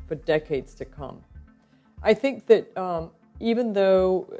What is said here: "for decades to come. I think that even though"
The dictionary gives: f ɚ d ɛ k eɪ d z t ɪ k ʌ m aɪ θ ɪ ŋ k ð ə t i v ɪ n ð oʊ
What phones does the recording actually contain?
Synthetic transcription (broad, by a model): f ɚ d ɛ k eɪ d z t ɪ k ʌ m aɪ θ ɪ ŋ k ð ə t i v ɪ n ð oʊ